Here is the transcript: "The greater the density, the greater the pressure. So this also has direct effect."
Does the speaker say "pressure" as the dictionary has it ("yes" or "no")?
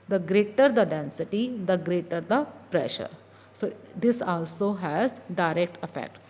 yes